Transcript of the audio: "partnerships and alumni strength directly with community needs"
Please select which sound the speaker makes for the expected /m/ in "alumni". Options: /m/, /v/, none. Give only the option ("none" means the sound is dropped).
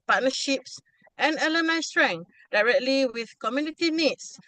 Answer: none